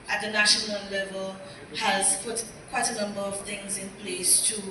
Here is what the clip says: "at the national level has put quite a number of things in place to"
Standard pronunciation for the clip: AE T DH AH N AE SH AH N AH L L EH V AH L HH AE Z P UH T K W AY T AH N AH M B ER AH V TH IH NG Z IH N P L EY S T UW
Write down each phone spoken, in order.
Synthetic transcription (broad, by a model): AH T DH AH N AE SH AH N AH L L EH V AH L HH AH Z P UH T K W AY T AH N AH M B ER AH V TH IH NG Z IH N P L EY S T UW